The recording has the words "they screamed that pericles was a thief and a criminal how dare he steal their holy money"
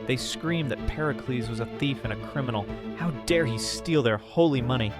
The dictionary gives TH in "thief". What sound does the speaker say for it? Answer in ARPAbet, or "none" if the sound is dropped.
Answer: TH